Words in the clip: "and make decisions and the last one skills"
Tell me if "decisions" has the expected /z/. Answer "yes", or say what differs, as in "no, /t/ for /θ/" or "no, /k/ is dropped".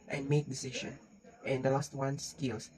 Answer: no, /z/ is dropped